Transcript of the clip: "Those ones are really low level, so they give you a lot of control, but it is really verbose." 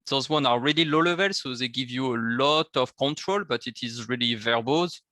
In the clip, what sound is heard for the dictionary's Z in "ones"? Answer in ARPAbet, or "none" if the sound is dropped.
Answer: none